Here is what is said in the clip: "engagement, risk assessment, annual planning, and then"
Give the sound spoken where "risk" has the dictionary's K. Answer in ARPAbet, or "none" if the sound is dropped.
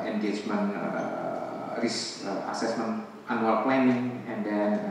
none